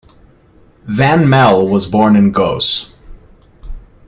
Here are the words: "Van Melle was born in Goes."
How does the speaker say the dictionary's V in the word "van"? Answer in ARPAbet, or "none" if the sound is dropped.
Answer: V